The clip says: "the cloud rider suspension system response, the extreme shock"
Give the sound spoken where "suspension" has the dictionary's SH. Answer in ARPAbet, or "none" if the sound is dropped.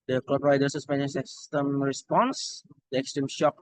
none